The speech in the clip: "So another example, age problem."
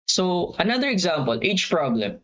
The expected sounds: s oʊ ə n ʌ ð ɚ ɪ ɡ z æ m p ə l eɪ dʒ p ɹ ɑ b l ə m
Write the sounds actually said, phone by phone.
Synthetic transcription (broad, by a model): s oʊ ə n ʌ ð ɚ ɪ ɡ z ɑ m p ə l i tʃ p ɹ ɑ b l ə m